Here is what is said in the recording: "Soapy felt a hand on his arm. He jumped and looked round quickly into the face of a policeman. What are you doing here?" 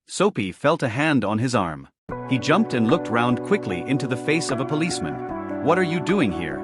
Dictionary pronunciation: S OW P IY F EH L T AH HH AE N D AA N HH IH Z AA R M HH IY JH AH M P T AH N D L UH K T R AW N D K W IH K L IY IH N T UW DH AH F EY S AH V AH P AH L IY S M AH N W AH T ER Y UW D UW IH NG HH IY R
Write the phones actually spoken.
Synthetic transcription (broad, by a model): S OW P IY F EH L T AH HH AE N D N IH Z AA R M HH IY JH AH M P T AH N L UH K T R AW N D K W IH K L IY IH N T UW DH AH F EY S AH V AH P AH L IY S M AH N W AH T ER Y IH D UW IH NG HH IY R